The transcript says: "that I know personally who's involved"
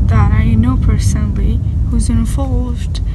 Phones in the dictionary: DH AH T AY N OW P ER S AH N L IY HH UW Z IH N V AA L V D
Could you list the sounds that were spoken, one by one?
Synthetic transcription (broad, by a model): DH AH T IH N OW P ER S AH N L IY HH UW Z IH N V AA L V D